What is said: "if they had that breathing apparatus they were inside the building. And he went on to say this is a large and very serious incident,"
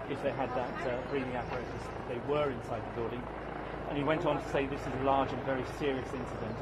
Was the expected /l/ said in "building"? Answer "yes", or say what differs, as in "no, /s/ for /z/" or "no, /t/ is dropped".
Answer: no, /l/ is dropped